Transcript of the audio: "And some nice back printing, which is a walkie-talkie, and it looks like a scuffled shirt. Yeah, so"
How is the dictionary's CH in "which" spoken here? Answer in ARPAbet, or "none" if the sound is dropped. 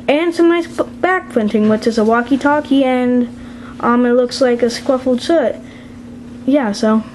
CH